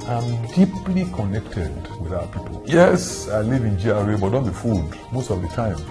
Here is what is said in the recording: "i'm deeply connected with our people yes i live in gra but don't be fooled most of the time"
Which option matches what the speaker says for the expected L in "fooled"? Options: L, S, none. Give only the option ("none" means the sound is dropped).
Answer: none